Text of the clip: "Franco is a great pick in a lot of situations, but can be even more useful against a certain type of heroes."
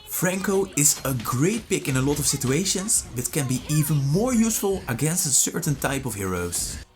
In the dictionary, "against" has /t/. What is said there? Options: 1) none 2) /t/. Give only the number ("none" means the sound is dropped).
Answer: 2